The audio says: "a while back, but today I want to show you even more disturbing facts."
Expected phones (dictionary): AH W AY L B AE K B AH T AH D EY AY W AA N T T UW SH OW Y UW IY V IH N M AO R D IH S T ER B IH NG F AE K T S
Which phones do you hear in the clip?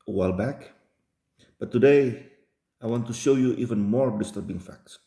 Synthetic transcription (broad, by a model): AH W AY L B AE K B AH T AH D EY AY W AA N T T UW SH OW Y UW IY V IH N M AO R D IH S T ER B IH NG F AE K T S